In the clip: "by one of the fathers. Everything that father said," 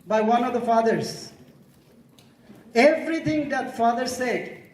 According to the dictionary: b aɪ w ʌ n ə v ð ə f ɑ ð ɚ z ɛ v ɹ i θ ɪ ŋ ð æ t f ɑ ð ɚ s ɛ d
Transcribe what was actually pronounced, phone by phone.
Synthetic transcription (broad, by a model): b aɪ w ʌ n ə v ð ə f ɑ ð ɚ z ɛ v ɹ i t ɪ ŋ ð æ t f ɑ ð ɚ s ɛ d